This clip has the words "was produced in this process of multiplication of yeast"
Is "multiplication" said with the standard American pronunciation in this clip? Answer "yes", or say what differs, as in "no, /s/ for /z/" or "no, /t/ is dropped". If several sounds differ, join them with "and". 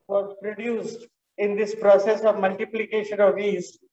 yes